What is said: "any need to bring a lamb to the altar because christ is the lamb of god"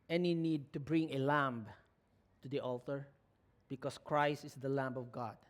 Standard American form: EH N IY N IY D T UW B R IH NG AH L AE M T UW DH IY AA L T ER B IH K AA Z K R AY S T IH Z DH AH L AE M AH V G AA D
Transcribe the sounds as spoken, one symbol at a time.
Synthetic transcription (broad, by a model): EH N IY N IY D T UW B R IH NG AH L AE M T UW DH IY AA L T ER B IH K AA S K R AY S T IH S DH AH L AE M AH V G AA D